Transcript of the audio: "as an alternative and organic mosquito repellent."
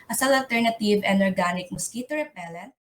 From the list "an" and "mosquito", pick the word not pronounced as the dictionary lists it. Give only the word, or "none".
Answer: an